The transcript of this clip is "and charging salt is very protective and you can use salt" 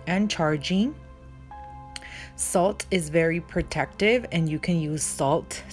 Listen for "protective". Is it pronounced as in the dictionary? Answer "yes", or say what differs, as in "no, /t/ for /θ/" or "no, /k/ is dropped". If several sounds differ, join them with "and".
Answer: yes